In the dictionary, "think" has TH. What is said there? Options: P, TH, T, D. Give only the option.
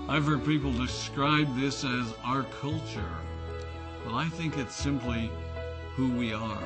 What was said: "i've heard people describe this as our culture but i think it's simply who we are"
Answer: TH